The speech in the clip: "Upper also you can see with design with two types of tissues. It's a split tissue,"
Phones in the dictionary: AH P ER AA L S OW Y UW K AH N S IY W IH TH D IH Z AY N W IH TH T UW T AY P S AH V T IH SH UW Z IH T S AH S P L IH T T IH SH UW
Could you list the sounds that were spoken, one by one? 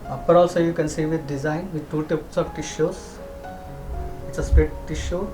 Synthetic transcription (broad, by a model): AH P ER AA L S OW Y UW K AH N S IY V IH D D IH Z AY N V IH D T UW T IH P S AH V T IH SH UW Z IH T S AH S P IH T T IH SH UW